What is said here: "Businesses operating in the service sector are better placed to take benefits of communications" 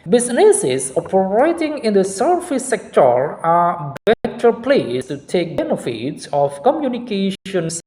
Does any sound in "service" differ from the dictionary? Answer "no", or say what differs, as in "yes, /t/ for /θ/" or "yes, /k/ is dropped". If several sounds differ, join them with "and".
yes, /f/ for /v/